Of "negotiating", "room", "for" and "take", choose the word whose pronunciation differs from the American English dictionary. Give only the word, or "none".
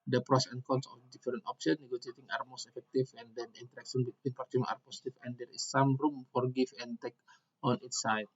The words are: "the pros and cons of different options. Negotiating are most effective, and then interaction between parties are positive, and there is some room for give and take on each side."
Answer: negotiating